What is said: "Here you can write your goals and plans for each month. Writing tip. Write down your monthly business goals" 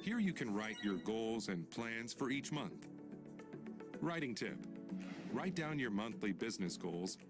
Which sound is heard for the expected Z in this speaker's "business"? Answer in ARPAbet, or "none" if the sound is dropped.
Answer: Z